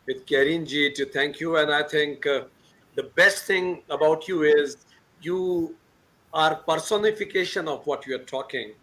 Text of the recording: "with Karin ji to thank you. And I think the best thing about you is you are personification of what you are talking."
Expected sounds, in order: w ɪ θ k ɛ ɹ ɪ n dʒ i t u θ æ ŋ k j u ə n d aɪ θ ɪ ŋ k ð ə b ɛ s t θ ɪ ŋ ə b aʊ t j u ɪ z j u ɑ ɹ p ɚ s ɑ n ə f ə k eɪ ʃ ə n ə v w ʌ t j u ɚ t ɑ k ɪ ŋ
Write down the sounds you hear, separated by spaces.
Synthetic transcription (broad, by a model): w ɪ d k ɛ ɹ ɪ n dʒ i t u t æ ŋ k j u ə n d aɪ t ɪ ŋ k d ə b ɛ s t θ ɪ ŋ ə b aʊ t j u ɪ z j u ɑ ɹ p ɚ s ɑ n ə f ə k eɪ ʃ ə n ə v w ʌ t j u ɚ t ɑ k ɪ ŋ